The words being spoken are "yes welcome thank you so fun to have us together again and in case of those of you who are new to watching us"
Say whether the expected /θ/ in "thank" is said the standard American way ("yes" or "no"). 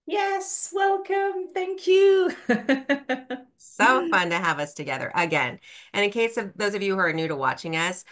yes